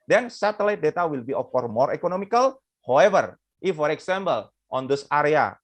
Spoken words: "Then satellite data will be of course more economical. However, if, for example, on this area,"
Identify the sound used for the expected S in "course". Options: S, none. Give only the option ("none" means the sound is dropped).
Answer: none